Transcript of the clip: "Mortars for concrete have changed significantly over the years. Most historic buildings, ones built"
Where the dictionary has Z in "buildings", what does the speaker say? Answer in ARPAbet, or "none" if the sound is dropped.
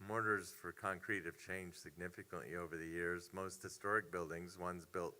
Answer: Z